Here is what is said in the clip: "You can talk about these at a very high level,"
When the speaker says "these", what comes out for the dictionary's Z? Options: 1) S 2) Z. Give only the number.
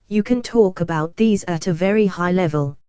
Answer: 2